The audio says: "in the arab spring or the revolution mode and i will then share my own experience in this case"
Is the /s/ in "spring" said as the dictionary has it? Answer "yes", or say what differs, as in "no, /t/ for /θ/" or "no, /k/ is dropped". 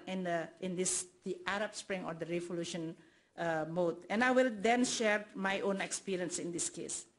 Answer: yes